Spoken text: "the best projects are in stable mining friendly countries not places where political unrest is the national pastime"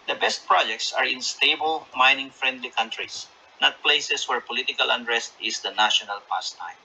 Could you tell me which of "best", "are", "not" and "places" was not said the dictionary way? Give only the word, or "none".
places